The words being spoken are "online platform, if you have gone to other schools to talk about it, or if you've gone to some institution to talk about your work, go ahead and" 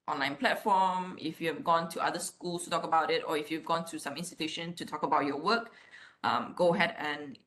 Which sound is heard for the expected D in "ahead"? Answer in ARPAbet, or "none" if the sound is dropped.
D